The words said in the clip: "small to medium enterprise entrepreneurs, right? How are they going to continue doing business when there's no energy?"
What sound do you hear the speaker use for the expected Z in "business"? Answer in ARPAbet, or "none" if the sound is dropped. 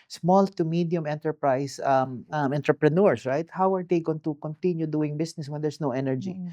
S